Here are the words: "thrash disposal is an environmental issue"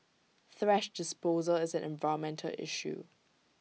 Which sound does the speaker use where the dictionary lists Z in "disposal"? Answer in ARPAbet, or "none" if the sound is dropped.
Z